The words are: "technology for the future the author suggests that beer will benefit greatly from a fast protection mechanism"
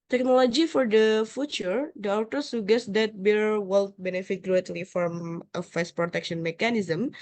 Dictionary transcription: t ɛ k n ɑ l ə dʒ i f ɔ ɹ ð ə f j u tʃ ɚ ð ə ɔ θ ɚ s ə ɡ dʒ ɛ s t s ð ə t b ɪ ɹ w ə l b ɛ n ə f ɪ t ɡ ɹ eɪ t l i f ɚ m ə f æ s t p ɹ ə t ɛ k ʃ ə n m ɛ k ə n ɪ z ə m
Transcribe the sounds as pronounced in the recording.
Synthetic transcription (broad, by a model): t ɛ k n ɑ l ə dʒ i f ɔ ɹ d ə f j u tʃ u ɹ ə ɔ t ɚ s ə ɡ ɛ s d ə t b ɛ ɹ w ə l b ɛ n ə f ɪ t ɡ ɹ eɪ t l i f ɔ m ə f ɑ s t p ɹ ə t ɛ k ʃ ə n m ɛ k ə n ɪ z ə m